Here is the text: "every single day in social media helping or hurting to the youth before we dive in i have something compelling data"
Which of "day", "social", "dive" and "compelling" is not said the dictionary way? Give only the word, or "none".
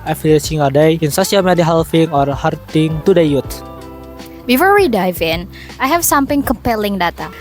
social